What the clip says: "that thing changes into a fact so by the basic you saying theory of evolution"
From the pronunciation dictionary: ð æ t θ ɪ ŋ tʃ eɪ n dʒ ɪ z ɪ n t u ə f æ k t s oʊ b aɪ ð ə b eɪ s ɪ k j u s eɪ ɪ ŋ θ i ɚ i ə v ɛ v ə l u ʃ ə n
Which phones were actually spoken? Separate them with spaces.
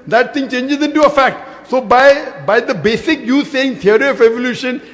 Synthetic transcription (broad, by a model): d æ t t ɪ ŋ tʃ eɪ n dʒ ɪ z ɪ n t u ə f æ k t s oʊ b aɪ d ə b eɪ s ɪ k j u s eɪ ɪ ŋ t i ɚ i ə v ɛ v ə l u ʃ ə n